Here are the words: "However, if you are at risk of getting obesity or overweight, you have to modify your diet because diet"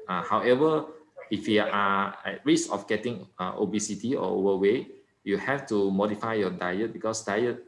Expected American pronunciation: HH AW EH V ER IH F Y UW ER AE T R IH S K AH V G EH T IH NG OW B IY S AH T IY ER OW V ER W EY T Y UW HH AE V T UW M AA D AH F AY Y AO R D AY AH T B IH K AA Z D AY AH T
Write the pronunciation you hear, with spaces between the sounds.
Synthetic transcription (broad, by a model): HH AW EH V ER IH F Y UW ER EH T R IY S AH F G EH T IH NG OW B IY S AH T IY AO OW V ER W EY Y UW HH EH F T UW M AA D AH F AY Y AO D AY AH T B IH K AA S D AY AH T